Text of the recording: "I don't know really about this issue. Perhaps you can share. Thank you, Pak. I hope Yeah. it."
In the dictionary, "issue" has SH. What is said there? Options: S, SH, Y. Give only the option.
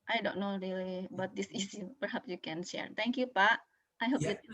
S